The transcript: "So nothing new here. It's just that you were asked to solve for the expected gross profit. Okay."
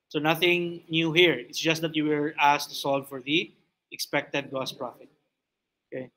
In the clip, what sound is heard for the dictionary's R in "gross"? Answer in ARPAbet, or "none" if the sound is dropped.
none